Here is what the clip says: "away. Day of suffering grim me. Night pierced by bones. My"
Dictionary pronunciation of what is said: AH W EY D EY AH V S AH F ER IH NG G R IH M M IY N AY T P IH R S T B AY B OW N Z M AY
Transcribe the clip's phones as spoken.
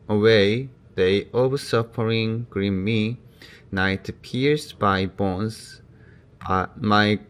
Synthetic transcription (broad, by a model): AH W EY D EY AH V S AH P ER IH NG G R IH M M IY N AY T P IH R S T B AY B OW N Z M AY